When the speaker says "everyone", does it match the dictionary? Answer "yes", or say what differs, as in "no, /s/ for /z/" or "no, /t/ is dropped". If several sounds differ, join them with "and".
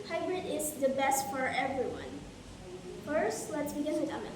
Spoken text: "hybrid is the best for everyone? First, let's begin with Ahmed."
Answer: yes